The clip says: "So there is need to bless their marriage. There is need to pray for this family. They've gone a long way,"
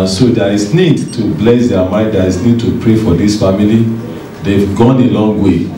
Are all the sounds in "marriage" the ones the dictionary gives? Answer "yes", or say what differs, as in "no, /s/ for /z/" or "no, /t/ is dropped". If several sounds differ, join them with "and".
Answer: no, /ɹ/ is dropped